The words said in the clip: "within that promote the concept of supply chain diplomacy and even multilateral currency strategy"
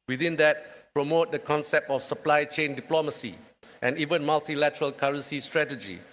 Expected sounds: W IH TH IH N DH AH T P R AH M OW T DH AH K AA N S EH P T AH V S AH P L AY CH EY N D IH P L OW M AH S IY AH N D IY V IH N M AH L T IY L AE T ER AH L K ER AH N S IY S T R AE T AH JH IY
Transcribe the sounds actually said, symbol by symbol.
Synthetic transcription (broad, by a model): W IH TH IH N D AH T P R AH M OW T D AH K AA N S EH P T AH F S AH P L AY CH EY N D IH P L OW M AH S IY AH N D IY V IH N M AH L T IY L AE T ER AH L K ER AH N S IY S T R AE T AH JH IY